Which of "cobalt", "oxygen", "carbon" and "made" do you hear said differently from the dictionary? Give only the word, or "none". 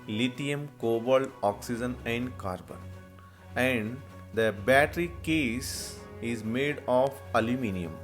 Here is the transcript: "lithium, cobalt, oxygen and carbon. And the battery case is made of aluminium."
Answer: cobalt